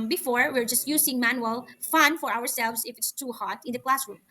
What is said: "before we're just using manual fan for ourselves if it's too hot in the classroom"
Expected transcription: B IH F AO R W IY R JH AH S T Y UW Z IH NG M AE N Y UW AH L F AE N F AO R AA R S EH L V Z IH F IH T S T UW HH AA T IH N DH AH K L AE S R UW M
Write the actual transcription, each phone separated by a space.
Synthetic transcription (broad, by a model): B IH F AO R W IY R JH AH S T Y UW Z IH NG M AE N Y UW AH L F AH N F AO R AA R S EH L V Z IH F IH T S T UW HH AA T IH N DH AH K L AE S R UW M